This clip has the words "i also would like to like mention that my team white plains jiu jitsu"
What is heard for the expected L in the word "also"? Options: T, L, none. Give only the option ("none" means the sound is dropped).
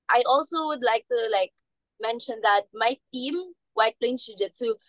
L